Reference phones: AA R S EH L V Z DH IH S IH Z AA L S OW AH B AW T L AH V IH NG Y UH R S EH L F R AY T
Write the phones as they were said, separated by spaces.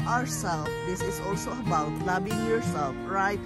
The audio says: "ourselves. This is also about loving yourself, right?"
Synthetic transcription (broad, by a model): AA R S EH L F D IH S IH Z AA L S OW AH B AW T L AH B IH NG Y UH R S EH L F R AY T